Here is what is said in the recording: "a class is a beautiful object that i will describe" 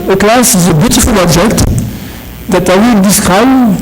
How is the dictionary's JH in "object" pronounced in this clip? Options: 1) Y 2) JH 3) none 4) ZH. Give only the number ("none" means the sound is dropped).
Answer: 4